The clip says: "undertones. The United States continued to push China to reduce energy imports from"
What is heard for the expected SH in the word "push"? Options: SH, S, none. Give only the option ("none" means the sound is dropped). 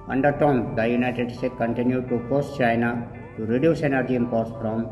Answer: S